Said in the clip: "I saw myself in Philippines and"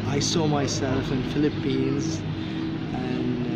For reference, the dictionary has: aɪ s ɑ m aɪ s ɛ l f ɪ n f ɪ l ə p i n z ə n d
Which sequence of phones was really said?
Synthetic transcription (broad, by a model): aɪ s ɑ m aɪ s ɛ l f ɪ n f ɪ l ə p i n z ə n